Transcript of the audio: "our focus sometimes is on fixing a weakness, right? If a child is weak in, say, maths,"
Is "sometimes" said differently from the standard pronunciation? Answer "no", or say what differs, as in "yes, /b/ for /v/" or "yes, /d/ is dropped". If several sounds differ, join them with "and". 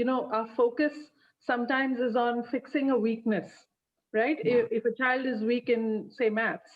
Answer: no